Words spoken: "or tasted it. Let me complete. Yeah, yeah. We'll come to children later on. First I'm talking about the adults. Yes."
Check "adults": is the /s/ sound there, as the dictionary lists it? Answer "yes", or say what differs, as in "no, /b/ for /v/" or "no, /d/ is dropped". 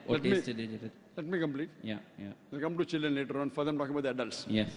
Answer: yes